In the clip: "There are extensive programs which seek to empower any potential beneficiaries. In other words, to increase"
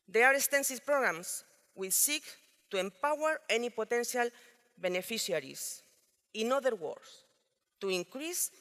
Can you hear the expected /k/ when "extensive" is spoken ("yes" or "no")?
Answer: no